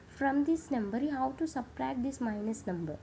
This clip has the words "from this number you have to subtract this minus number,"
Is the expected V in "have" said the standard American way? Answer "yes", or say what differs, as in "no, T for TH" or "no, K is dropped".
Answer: no, W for V